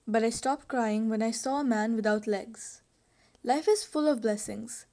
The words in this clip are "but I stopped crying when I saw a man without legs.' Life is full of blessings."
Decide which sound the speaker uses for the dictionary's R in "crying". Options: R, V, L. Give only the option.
R